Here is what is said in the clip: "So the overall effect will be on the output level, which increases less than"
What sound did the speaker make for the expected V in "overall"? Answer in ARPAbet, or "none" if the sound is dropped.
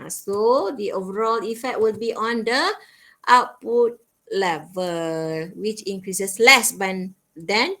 V